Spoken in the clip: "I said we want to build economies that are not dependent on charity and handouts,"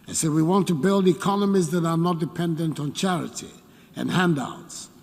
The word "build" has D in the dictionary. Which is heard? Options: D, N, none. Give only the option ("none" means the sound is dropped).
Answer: D